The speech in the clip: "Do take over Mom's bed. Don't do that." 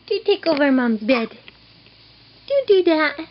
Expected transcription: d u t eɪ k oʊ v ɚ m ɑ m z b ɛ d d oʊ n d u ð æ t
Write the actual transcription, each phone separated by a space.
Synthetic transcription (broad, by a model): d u t eɪ k oʊ v ɚ m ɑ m b ɛ d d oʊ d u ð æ t